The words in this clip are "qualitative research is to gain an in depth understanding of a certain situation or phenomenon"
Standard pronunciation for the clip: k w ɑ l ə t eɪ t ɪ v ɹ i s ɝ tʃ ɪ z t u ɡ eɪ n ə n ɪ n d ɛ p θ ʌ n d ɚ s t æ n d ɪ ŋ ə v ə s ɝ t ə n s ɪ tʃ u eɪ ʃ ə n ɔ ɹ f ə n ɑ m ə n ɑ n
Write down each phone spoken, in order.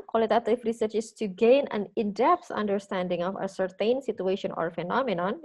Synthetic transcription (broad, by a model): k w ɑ l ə t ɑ t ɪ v ɹ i s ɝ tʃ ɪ s t u ɡ eɪ n ə n ɪ n d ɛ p s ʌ n d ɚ s t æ n d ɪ ŋ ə f ə s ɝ t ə n s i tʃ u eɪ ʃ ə n ɔ ɹ f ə n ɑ m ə n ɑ n